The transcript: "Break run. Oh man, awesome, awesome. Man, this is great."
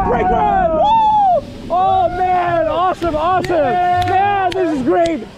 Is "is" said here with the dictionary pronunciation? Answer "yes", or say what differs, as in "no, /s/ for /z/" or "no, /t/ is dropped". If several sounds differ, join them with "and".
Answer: yes